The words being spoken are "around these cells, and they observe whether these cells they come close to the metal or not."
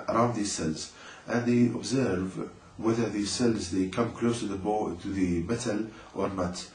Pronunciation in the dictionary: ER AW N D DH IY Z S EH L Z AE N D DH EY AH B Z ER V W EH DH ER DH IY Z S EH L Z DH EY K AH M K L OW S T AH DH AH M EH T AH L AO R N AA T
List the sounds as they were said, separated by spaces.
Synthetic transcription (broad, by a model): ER AW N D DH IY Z S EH L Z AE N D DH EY AH B Z ER V W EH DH ER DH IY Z S EH L Z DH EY K AH M K L OW S T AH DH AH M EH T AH L AO R N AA T